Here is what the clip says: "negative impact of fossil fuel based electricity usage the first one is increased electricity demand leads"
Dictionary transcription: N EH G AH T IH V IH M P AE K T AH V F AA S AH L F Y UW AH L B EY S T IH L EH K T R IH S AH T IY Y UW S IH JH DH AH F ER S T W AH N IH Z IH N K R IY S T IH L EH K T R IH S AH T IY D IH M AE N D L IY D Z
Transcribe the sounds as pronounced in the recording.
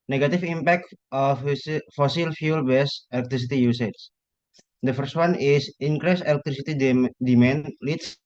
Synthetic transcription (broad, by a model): N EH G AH T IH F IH M P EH K T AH F F AA S AH L F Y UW L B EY S IH L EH K T R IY S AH T IY Y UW S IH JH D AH F ER S T W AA N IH S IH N K R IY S IH L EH K T R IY S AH T IY D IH M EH N L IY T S